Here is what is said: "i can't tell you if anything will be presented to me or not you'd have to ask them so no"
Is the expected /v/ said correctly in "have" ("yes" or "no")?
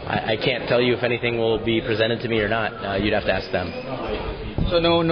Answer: no